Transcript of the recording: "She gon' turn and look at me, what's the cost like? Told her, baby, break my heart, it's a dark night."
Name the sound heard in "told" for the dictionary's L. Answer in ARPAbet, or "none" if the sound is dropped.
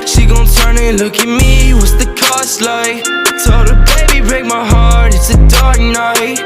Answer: none